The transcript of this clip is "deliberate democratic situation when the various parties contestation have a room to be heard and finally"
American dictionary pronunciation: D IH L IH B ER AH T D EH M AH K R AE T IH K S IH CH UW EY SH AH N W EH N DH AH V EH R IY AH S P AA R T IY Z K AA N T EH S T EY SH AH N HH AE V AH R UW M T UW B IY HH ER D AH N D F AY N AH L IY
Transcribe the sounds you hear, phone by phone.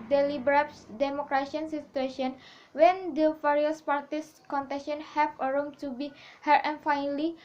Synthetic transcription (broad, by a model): D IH L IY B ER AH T D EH M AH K R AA S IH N S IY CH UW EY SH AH N W EH N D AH F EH R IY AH S P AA R T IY S K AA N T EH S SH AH N HH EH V AH R UW M T UW B IY HH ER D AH N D F AY N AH L IY